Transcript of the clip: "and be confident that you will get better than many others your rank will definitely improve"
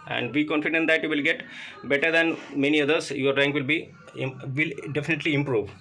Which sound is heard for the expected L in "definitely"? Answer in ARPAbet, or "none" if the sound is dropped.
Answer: L